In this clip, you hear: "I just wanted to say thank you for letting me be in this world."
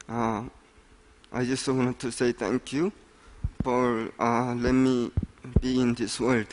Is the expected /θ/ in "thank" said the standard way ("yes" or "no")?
no